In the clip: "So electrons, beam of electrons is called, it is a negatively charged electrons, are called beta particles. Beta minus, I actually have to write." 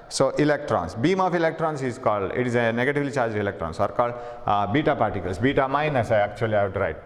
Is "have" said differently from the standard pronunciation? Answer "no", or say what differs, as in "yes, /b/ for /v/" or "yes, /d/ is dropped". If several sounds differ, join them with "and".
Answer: yes, /w/ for /v/